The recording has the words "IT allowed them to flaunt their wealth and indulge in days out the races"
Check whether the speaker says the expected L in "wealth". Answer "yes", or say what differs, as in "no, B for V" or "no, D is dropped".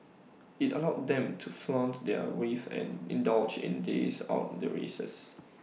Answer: no, L is dropped